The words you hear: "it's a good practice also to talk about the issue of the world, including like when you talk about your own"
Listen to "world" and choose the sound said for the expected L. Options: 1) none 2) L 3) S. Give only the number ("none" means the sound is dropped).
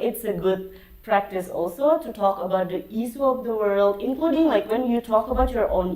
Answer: 2